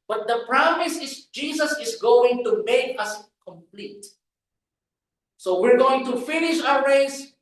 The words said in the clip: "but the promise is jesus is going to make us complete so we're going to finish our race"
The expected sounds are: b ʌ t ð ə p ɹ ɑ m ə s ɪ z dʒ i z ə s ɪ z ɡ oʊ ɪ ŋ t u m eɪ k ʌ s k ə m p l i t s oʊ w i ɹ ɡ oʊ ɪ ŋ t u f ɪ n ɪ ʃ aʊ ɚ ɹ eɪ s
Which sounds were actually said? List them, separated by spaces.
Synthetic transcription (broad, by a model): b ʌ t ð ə p ɹ ɑ m ə s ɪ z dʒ i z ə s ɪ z ɡ oʊ ɪ ŋ t u m eɪ k ʌ s k ə m p l i t s oʊ w i ɹ ɡ oʊ ɪ ŋ t u f ɪ n ɪ ʃ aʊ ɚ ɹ eɪ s